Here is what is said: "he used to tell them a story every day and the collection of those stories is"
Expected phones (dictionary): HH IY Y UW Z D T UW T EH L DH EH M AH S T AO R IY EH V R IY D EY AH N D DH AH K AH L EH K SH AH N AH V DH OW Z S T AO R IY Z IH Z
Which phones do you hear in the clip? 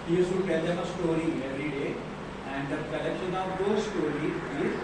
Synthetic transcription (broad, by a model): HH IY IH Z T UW T EH L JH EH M AH S T AO R IY EH V R IY D EY AH N D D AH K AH L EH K SH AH N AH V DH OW S T AO R IY IH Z